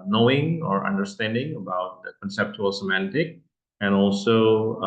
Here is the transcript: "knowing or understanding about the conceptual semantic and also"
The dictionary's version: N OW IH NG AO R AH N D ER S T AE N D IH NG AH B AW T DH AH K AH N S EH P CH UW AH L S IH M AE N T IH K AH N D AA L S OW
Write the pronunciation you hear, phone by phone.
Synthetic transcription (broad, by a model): N OW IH NG AO R AH N D ER S T AE N D IH NG AH B AW T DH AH K AH N S EH P CH UW AH L S IH M AE N T IH K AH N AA L S OW